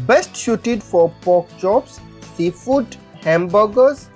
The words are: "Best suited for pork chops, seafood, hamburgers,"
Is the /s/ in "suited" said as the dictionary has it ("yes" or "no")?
no